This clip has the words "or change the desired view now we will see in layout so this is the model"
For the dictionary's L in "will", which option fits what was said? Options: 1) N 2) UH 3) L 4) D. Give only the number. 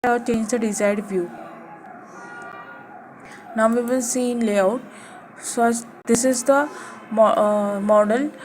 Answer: 1